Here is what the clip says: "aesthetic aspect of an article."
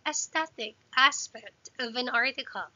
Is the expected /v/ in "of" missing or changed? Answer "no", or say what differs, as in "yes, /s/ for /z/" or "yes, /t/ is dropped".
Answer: no